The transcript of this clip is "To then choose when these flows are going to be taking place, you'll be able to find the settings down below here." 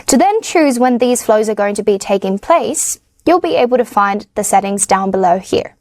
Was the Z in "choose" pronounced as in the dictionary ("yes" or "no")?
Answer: yes